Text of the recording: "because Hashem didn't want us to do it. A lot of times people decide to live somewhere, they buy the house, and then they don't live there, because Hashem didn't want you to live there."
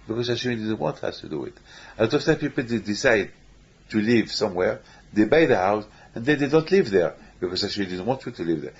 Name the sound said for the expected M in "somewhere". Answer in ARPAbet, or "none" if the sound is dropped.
M